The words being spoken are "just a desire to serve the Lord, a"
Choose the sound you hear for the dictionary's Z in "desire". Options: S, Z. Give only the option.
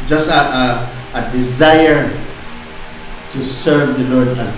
Z